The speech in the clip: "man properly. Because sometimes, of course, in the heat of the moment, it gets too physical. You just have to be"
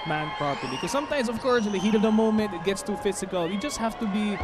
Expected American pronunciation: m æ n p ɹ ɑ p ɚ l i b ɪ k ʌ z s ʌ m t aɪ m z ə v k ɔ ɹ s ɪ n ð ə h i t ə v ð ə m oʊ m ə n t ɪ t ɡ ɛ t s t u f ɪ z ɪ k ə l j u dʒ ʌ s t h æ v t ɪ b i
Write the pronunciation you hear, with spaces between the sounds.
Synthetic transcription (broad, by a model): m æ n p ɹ ɑ p ɚ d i k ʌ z s ʌ m t aɪ m z ə v k ɔ ɹ s ɪ n ð ə h i t ə v ð ə m oʊ m ə n t ɪ t ɡ ɛ t s t u f ɪ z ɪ k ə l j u dʒ ʌ s t h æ f t ɪ b i